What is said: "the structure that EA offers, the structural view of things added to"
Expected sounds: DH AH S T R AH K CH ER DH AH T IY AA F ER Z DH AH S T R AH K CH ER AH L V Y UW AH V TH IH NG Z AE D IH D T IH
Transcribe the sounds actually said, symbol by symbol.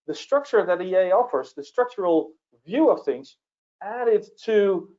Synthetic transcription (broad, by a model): DH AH S T R AH K CH ER DH AH T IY AA F ER Z DH AH S T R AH K CH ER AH L V Y UW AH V TH IH NG Z AE D IH D T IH